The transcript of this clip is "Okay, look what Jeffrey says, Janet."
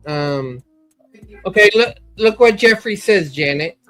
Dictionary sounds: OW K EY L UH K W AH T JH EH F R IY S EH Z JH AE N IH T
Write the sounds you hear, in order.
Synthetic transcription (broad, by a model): OW K EY L UH K W AH T JH EH F R IY S EH Z JH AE N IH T